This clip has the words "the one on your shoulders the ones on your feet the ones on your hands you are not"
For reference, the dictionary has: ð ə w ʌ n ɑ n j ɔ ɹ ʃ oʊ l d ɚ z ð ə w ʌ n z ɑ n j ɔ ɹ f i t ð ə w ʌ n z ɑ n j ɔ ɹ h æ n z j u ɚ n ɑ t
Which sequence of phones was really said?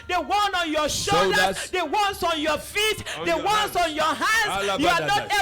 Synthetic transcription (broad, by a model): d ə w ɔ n ɑ n j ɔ ʃ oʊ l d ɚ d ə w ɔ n s ɑ n j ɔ f i t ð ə w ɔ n s ɑ n j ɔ h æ n j u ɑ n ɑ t